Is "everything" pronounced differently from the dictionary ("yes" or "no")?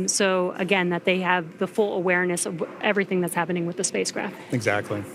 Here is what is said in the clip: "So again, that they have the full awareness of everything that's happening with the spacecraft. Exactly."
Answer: no